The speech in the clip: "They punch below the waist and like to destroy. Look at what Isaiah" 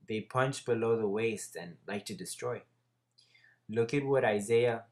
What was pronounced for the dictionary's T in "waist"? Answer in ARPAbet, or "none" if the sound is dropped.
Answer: T